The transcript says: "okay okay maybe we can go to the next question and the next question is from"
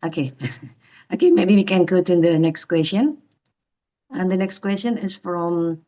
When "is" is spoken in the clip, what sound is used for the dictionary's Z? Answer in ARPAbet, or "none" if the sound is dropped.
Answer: S